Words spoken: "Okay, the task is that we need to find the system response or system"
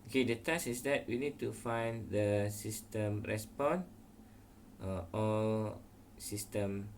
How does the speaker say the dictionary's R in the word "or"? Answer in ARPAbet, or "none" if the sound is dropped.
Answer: L